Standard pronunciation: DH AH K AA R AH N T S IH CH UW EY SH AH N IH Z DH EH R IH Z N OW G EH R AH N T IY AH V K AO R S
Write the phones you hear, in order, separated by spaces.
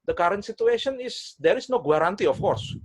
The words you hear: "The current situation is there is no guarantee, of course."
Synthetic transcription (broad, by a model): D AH K AA R AH N T S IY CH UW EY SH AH N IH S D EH R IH S N OW G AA R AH N T IY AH F K AO R S